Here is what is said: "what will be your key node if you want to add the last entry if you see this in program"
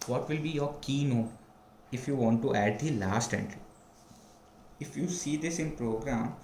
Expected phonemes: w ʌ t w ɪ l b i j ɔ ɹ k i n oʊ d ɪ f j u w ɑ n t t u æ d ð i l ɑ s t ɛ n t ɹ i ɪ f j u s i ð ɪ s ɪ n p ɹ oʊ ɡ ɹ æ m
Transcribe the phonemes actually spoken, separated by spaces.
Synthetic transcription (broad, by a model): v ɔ t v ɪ l b i j ɔ ɹ k i n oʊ ɪ f j u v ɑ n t t u æ d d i l ɑ s t ɛ n t ɹ i ɪ f j u s i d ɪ s ɪ n p ɹ oʊ ɡ ɹ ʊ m